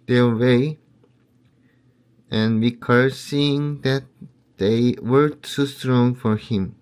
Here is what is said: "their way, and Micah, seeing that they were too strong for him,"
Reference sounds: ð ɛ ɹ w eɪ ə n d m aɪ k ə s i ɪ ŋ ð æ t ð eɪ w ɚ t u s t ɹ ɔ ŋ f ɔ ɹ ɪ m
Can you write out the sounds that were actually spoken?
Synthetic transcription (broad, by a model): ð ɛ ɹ w eɪ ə n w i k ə s i ɪ ŋ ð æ t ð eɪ w ɚ s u s t ɹ ɔ ŋ f ɔ ɹ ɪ m